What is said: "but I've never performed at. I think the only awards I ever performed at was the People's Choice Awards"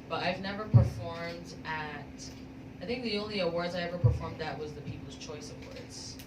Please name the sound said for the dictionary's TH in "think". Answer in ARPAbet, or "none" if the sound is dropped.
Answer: TH